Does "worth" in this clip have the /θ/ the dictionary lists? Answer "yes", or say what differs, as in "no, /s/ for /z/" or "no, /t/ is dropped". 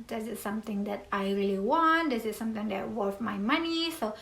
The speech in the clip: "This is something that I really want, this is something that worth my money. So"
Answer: no, /f/ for /θ/